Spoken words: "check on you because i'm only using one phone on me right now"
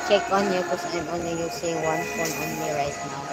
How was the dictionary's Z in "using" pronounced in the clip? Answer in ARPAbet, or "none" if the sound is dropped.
S